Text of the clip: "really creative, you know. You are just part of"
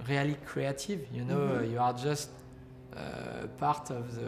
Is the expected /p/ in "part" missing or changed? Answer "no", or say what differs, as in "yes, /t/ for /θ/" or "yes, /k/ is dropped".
no